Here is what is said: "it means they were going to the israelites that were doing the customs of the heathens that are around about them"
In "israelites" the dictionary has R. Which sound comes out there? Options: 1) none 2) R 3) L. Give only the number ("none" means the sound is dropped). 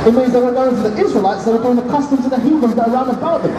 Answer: 2